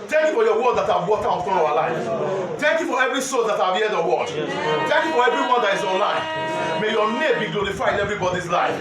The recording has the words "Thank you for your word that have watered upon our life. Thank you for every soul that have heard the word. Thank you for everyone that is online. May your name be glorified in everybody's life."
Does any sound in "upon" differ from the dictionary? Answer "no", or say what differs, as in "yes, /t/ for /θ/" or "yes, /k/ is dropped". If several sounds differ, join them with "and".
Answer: yes, /f/ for /p/